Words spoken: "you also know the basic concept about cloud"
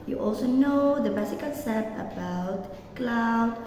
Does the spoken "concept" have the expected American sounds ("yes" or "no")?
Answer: no